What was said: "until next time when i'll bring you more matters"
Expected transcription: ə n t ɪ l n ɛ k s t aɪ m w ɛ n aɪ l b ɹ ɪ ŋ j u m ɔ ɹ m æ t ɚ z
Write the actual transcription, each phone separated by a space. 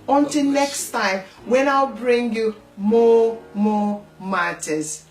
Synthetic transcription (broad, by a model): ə n t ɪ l n ɛ k s t aɪ m w ɛ n aɪ l b ɹ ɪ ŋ j u m ɔ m m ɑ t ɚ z